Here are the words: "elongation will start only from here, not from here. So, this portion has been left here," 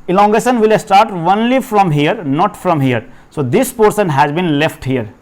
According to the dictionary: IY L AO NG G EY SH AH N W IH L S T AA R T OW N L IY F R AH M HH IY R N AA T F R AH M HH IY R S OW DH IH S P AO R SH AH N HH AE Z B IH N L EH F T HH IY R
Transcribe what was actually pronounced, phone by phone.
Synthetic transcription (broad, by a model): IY L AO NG G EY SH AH N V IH L S T AA R T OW N L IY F R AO M HH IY R N AA T F R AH M HH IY R S OW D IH S P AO R S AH N HH AE Z B IH N L EH F T HH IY R